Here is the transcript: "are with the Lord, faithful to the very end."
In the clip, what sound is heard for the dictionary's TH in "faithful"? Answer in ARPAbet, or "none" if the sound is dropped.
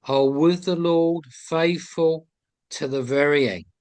TH